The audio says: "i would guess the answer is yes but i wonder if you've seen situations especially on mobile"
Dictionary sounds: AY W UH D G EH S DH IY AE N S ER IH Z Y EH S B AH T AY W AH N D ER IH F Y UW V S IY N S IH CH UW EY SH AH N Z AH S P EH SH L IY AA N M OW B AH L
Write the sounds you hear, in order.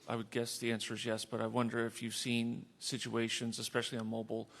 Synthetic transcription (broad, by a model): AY W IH D G EH S DH IY AE N S ER Z Y EH S B AH T AY W AH N D ER IH F Y UW V S IY N S IH CH UW EY SH AH N Z AH S P EH SH L IY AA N M OW B L